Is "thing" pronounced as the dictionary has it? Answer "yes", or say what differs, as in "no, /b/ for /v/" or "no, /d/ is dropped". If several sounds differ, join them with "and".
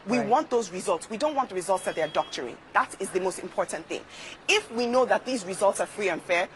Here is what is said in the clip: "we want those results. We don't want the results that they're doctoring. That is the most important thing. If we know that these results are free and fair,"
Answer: yes